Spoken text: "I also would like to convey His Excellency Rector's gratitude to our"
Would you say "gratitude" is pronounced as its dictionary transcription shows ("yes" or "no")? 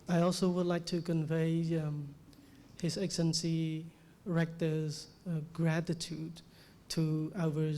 yes